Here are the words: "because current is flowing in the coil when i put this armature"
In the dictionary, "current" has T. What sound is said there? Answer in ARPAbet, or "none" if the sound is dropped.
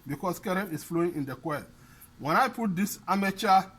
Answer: none